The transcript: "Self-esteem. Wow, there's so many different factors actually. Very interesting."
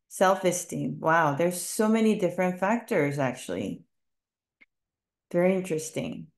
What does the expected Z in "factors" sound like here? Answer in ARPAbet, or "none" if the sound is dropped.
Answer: Z